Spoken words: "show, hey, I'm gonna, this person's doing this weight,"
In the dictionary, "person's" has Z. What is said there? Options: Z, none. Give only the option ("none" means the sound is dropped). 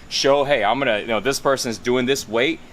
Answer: Z